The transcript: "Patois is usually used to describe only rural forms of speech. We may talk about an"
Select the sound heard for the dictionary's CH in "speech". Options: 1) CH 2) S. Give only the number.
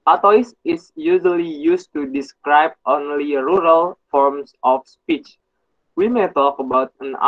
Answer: 1